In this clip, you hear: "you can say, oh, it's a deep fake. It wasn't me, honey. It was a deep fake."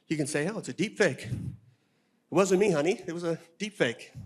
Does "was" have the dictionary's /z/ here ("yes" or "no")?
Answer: yes